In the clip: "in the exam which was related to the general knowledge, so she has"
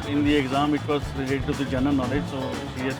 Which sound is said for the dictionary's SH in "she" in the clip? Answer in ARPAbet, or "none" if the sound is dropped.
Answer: S